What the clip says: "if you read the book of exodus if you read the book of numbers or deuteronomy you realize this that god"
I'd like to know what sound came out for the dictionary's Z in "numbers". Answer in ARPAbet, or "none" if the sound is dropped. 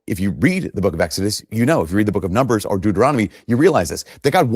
Z